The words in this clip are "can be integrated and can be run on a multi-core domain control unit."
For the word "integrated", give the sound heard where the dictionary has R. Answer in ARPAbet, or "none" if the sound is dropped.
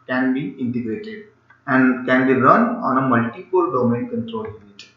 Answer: R